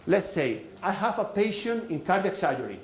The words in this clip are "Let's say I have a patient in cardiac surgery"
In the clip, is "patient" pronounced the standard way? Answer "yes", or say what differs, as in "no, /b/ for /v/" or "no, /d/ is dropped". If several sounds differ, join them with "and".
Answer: no, /t/ is dropped